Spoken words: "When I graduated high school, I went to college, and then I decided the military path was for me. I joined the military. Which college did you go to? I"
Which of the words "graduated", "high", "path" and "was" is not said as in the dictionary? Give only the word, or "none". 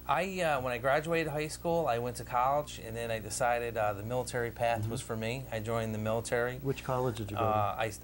none